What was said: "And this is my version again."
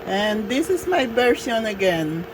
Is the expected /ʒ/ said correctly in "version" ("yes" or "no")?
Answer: no